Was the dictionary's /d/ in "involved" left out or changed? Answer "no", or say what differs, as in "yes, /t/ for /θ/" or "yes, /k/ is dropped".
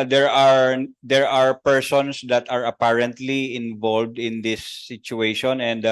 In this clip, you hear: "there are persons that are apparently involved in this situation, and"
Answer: no